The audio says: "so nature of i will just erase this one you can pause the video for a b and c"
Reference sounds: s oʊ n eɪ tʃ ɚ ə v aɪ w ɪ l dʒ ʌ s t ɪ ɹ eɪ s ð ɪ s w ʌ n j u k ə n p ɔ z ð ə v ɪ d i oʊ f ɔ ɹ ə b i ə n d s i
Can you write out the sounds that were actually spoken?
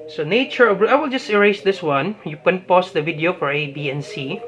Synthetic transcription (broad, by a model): s oʊ n eɪ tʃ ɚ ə b aɪ w ɪ l dʒ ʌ s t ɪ ɹ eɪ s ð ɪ s w ʌ n j u k ə n p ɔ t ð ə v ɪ d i oʊ f ɔ ɹ ə b i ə n s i